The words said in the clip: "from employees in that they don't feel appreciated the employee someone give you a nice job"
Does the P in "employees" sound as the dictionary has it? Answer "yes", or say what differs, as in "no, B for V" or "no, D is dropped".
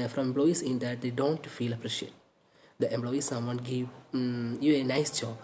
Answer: no, B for P